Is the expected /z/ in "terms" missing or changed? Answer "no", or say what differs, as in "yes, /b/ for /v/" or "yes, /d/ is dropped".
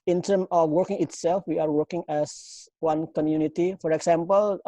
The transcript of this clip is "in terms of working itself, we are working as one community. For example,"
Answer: yes, /z/ is dropped